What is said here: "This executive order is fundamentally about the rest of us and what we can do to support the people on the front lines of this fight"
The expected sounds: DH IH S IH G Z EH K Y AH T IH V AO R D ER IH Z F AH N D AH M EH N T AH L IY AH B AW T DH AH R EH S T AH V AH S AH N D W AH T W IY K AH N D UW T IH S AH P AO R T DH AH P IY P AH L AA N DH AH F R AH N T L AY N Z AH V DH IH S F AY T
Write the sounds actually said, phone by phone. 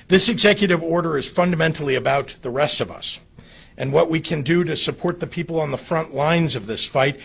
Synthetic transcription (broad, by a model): DH IH S IH G Z EH K Y AH T IH V AO R D ER IH Z F AH N D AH M EH N T L IY AH B AW T DH AH R EH S T AH V AH S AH N W AH T W IY K AH N D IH T IH S AH P AO R T DH AH P IY P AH L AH N DH AH F R AH N T L AY N Z AH V DH IH S F AY T